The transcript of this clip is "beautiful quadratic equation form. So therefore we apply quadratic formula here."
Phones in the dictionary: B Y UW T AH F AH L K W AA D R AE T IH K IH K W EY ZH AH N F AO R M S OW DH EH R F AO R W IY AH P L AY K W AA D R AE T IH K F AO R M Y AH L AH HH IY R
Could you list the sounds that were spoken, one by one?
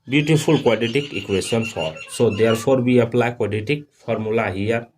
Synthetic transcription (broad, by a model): B Y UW T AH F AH L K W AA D IY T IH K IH K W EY S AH N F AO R S OW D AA R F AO R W IY AH P L AY K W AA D IY T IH K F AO R M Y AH L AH HH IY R